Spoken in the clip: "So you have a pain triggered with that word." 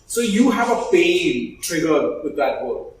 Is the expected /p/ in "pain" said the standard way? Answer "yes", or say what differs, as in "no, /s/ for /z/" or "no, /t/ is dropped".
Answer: no, /f/ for /p/